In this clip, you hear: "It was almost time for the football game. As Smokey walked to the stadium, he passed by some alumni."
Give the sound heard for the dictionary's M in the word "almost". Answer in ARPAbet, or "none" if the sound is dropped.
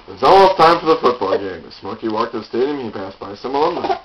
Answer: none